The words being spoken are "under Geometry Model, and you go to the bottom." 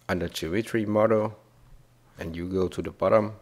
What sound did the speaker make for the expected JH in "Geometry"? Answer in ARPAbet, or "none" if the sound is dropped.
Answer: CH